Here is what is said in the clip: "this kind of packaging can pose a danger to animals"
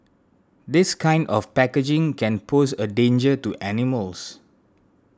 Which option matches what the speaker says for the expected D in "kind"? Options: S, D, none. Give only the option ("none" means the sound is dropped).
D